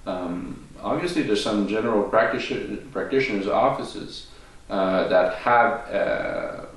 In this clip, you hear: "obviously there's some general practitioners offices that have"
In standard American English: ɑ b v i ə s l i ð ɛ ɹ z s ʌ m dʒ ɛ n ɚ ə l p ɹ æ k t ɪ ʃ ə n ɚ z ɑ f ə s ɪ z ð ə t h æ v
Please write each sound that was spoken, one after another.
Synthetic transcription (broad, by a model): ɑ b v i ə s l i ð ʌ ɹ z s ʌ m dʒ ɛ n ɚ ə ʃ p ɹ æ k t ɪ ʃ ə n ɚ z ɑ f ə s ɪ z ð ə t h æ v